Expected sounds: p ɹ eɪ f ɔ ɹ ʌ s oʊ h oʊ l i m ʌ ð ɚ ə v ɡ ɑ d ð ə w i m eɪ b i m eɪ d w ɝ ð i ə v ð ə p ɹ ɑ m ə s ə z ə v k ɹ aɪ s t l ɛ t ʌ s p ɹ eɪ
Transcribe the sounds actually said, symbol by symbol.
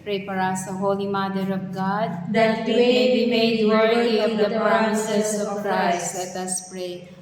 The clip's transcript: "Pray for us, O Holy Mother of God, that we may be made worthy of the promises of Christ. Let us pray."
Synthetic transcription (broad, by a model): p ɹ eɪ p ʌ ɹ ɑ s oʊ h oʊ l i m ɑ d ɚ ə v ɡ ɑ d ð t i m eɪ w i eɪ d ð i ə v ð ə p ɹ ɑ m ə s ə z ə v k ɹ aɪ s t l ɛ t ʌ s p ɹ eɪ